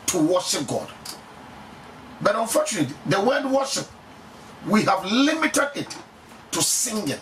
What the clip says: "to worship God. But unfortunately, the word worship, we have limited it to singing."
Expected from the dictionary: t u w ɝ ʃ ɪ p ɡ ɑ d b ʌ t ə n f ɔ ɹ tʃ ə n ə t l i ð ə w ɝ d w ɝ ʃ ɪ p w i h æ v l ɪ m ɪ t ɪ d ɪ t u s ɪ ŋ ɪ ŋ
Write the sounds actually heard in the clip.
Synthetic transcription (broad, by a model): t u w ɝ ʃ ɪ p ɡ ɑ d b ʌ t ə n f ɔ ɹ tʃ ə n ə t i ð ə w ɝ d w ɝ ʃ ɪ p w i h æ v l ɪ m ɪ t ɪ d ɪ t u s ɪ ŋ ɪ